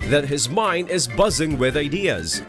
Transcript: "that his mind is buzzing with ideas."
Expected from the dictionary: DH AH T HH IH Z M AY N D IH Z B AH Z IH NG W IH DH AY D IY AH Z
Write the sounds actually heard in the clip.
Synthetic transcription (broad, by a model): DH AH T HH IH Z M AY N D IH Z B AH Z IH NG W IH DH AY D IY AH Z